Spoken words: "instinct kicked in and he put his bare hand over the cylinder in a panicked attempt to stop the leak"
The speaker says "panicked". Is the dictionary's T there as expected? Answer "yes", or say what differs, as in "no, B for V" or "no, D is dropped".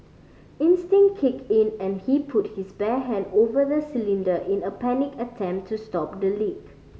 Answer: no, T is dropped